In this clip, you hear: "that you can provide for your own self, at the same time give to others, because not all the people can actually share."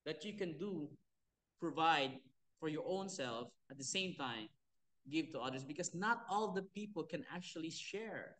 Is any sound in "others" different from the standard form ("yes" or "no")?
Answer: yes